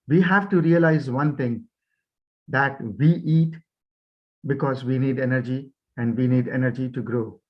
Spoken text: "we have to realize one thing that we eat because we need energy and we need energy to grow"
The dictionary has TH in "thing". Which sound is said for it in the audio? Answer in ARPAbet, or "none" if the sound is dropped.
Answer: T